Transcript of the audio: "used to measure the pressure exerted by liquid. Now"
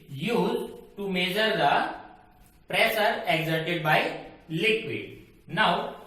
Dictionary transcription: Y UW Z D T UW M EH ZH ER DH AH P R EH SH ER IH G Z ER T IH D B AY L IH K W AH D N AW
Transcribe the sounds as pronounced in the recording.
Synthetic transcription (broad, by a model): Y UW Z T UW M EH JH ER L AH P R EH S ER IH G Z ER T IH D B AY L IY K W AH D N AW